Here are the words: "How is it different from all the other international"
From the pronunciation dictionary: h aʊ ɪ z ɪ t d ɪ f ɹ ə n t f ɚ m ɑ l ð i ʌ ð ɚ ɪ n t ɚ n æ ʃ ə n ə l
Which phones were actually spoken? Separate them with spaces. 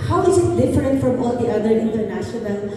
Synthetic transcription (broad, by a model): h aʊ ɪ z ɪ t d ɪ f ɹ ə n t f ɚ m ɑ l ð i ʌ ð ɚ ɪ n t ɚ n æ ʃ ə n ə l